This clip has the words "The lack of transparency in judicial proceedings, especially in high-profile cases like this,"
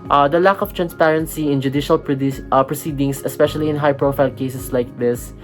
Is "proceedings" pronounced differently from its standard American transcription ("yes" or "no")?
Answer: yes